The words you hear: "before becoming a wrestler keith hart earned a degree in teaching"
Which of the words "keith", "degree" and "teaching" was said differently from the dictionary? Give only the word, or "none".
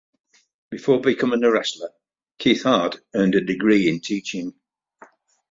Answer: none